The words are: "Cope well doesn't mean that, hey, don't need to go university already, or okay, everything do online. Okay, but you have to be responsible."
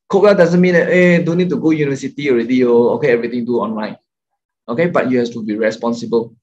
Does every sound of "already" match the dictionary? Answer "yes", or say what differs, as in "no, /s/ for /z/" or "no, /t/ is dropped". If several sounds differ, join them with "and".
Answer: yes